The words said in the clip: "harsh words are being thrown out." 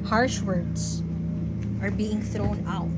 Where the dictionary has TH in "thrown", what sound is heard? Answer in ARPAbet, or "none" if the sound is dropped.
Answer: TH